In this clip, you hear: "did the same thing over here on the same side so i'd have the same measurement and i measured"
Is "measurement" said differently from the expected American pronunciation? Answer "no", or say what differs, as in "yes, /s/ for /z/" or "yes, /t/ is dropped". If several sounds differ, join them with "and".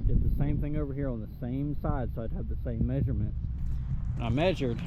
no